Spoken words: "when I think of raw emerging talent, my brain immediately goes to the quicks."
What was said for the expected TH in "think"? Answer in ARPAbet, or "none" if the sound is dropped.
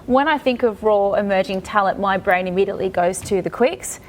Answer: TH